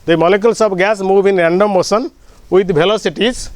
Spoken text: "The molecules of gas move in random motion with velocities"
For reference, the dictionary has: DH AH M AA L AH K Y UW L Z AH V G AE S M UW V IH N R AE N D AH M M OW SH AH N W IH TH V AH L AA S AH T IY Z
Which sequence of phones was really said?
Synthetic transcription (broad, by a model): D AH M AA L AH K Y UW L S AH B G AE S M UW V IH N R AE N D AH M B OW S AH N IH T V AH L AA S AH T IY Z